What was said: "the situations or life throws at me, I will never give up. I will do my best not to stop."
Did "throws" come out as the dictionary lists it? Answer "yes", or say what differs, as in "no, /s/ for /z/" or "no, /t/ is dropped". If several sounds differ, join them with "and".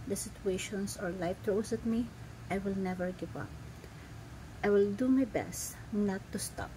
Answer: no, /t/ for /θ/